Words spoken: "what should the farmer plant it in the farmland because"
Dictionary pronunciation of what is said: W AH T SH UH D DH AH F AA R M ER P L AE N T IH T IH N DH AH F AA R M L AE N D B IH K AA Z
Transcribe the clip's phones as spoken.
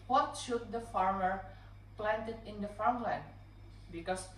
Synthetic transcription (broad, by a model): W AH T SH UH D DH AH F AA R M ER P L AE N T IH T IH N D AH F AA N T L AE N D B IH K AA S